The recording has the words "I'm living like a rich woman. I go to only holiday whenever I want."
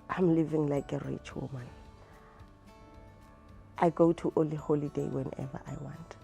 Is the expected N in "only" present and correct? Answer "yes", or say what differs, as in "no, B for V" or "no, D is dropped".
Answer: no, N is dropped